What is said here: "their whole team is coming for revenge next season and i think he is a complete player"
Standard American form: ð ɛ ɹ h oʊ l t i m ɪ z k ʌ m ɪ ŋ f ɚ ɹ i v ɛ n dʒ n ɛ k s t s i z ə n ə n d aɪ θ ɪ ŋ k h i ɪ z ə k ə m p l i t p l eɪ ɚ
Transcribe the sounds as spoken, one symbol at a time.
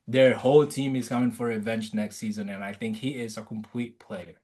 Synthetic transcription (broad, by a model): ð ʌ ɹ h oʊ l t i m ɪ z k ʌ m ɪ ŋ f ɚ ɹ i v ɛ n tʃ n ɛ k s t s i z ə n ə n aɪ θ ɪ ŋ k h i ɪ z ə k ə m p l i t p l eɪ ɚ